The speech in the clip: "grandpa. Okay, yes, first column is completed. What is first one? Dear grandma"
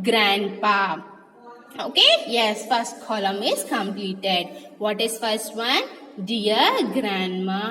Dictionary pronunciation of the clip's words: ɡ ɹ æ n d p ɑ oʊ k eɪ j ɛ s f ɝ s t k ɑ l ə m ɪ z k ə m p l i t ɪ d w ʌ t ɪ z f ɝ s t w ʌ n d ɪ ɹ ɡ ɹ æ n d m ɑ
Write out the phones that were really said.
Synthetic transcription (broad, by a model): ɡ ɹ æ n d p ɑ oʊ k eɪ j ɛ s f ɝ s t k ɑ l ə m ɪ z k ə m p l i t ɪ d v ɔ t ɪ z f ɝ s t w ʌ n d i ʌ ɡ ɹ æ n d m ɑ